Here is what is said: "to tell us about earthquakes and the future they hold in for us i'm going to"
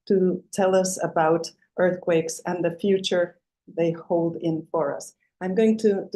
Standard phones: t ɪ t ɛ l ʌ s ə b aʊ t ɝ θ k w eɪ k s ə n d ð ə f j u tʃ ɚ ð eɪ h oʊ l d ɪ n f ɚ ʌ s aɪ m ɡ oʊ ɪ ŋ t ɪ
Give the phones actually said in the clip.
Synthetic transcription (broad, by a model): t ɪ t ɛ l ʌ s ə b aʊ t ɝ θ k w eɪ k s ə n ð ə f j u tʃ ɚ ð eɪ h oʊ l d ɪ n f ɚ ʌ s aɪ m ɡ oʊ ɪ ŋ t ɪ